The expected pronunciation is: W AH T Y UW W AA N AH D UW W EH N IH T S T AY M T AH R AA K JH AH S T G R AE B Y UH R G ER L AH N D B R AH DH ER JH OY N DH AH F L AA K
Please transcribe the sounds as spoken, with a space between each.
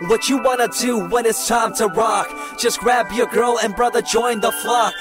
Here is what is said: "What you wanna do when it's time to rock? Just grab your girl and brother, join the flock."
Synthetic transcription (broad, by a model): W AH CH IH W AA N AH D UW W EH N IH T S T AY M T AH R AA K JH AH S G R AE B Y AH R G ER L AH N B R AH DH ER JH OY N DH AH F L AA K